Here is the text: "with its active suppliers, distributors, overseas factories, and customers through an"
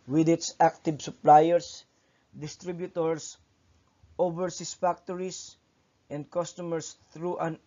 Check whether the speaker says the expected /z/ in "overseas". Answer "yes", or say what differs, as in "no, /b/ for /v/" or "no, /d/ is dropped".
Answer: no, /s/ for /z/